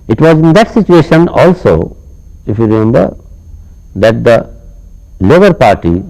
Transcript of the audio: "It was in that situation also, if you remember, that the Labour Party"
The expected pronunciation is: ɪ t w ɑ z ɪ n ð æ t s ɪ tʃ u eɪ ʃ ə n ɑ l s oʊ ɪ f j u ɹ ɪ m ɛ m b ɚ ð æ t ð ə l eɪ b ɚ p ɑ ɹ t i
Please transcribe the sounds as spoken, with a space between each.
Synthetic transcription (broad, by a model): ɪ t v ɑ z ɪ n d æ t s ɪ tʃ u eɪ ʃ ə n ɑ l s oʊ ɪ f j u ɹ ɪ m ɛ m b ɚ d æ t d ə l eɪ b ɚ p ɑ ɹ t i